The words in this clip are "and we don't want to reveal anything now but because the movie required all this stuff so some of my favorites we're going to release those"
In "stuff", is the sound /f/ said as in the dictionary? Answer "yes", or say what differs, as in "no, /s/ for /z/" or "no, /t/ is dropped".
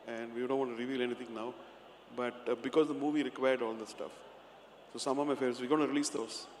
yes